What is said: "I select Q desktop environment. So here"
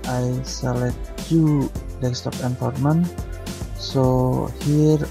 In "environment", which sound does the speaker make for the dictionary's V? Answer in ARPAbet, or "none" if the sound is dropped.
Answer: F